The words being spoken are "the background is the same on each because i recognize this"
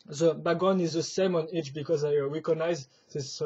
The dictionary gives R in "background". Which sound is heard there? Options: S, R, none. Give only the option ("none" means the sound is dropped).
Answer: none